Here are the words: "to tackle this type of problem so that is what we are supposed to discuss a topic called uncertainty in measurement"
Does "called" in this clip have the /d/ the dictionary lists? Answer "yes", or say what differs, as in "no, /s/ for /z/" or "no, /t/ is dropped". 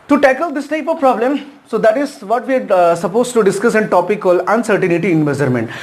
no, /d/ is dropped